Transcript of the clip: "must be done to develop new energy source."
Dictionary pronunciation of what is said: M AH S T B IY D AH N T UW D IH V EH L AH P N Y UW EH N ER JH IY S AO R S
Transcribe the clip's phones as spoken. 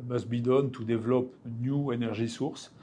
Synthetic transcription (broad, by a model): M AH S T B IY D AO N T UW D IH V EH L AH P N Y UW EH N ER ZH IY S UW R S